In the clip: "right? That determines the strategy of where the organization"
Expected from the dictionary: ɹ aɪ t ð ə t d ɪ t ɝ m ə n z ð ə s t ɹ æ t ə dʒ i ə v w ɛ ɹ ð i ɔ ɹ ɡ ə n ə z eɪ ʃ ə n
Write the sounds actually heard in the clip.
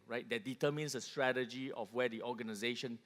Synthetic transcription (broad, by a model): ɹ aɪ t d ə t d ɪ t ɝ m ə n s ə s t ɹ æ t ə dʒ i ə f w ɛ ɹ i ɔ ɡ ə n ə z eɪ ʃ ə n